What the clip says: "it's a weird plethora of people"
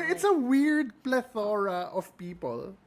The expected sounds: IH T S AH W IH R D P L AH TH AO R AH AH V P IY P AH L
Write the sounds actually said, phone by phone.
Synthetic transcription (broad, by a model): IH T S AH W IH R D P L AH TH AO R AH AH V P IY P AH L